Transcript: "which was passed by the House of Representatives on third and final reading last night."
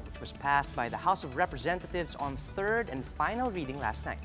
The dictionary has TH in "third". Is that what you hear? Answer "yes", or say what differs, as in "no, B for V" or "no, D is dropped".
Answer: yes